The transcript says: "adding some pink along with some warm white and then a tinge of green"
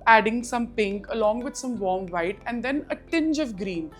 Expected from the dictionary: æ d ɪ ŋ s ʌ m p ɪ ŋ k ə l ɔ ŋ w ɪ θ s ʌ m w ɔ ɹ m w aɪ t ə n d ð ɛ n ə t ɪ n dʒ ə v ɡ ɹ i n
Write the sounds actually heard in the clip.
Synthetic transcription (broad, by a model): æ d ɪ ŋ s ʌ m p ɪ ŋ k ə l ɔ ŋ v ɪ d s ʌ m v ɔ ɹ m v aɪ t ə n d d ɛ n ə t ɪ n dʒ ə v ɡ ɹ i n